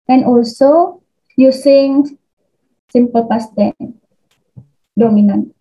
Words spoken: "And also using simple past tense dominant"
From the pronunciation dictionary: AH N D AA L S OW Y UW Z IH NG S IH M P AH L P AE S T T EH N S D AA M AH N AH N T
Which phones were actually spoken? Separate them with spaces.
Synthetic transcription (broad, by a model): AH N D AA L S OW Y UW S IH NG S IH M P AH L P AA S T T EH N D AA M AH N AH N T